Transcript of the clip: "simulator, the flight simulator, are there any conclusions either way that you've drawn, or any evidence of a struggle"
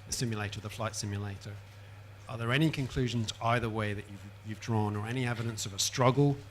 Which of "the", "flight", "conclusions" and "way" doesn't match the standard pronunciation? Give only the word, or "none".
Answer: none